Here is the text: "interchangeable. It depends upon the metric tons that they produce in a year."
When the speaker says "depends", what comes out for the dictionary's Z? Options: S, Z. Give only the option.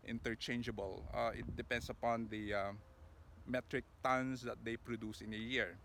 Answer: S